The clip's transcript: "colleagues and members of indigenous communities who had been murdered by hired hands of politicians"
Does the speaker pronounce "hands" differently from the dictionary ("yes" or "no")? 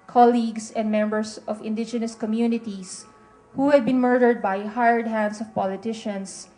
yes